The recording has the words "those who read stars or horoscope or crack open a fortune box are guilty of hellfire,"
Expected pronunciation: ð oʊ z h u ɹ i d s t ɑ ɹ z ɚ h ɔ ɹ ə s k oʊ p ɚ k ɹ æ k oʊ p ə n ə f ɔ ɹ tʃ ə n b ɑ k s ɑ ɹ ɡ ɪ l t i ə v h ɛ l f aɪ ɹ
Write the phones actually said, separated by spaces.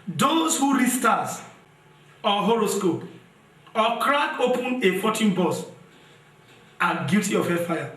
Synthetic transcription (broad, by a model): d oʊ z h u ɹ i s t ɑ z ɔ h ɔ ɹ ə s k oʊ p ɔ k ɹ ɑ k oʊ p ə n ə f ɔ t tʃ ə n b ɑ s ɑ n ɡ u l t i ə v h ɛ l f aɪ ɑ